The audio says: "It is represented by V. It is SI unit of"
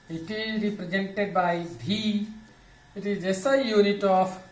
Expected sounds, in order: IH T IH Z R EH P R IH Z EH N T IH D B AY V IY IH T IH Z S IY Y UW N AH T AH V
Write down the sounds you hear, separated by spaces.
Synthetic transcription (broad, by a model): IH T IH Z R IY P R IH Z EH N T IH D B AY B IY IH T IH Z S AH Y UW N AH T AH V